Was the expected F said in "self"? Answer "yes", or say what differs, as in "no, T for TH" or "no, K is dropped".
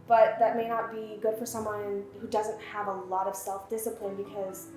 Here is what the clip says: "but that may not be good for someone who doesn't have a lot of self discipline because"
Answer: yes